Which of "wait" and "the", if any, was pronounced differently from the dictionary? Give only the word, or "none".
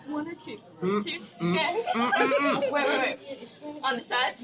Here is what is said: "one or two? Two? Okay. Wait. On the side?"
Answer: wait